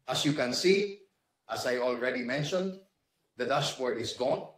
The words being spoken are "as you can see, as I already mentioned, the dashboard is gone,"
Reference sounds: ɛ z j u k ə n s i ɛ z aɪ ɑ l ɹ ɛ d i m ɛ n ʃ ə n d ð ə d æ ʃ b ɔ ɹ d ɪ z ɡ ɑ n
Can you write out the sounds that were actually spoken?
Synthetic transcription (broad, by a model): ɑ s j u k ə n s i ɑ s aɪ ɑ l ɹ ɛ d i m ɛ n ʃ ə n d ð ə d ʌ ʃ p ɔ ɹ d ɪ s ɡ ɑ n